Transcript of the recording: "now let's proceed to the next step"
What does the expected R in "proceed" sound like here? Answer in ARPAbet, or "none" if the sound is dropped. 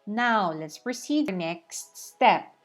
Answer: R